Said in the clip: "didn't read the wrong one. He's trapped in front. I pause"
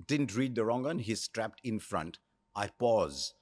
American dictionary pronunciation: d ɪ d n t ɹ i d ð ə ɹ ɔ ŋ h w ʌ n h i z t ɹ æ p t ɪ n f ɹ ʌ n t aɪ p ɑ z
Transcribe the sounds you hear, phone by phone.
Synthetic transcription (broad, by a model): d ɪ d n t ɹ i d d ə ɹ ɔ ŋ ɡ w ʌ n h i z t ɹ æ p t ɪ n f ɹ ʌ n t aɪ p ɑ z